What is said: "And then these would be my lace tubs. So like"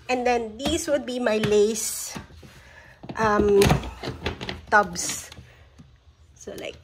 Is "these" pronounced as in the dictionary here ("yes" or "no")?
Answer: no